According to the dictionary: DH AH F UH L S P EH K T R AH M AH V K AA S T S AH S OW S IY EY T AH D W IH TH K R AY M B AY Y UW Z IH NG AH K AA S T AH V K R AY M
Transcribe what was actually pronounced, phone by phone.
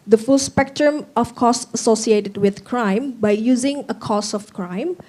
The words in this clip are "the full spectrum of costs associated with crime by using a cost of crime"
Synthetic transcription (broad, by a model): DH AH F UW L S P EH K T R AH M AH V K AA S S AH S OW S IY EY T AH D W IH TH K R AY M B AY Y UW Z IH NG AH K AA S AH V K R AY M